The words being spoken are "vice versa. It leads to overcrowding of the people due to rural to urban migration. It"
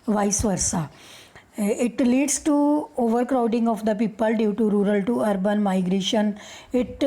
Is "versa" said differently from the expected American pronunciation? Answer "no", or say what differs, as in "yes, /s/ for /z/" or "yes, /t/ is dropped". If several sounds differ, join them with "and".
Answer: no